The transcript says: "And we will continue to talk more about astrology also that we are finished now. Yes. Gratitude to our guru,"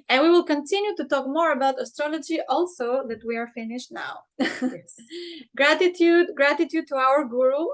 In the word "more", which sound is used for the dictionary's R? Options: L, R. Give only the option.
R